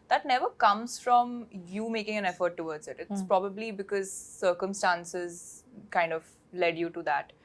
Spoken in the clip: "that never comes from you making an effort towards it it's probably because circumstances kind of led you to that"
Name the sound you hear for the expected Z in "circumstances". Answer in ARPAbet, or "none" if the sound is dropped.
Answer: Z